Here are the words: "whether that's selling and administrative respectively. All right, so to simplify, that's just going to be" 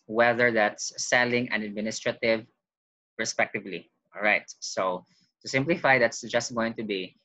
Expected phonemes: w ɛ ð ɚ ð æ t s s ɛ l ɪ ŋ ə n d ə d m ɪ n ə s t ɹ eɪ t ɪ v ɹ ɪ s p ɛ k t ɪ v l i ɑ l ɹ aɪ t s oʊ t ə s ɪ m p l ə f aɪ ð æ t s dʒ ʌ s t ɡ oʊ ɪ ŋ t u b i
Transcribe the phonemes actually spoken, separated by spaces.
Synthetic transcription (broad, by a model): w ɛ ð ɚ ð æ t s s ɛ l ɪ ŋ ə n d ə d m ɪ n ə s t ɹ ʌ t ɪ v ɹ ɪ s p ɛ k t ɪ v l i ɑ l ɹ aɪ t s oʊ t ə s ɪ m p l ə f aɪ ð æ t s dʒ ʌ s t ɡ oʊ ɪ ŋ t u b i